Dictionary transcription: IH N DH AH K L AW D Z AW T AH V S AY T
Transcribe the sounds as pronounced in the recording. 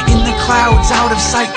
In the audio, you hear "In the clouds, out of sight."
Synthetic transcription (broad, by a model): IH N DH AH K L AW D Z AW T AH V S AY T